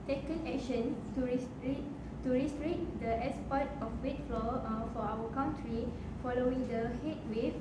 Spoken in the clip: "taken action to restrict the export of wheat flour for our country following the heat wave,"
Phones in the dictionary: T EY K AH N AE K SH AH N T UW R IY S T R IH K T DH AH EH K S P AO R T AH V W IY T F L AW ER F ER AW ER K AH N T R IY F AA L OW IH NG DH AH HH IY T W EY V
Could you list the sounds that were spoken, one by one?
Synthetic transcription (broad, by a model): T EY K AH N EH K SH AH N T UW R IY S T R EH T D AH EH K S P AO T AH F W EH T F L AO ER F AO AW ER K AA N T R IY F AA L OW IH NG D AH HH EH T W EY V